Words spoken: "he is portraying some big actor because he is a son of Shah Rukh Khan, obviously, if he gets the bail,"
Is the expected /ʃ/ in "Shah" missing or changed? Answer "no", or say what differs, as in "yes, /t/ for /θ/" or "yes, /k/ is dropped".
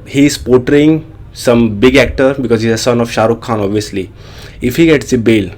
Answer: no